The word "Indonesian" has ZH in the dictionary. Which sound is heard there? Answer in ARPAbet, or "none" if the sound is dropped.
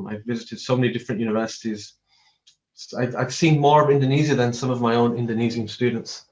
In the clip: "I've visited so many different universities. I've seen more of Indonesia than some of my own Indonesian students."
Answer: Z